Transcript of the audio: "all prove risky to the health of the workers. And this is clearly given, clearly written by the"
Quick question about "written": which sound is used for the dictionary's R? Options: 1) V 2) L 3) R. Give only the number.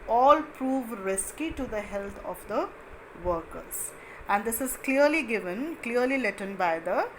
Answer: 2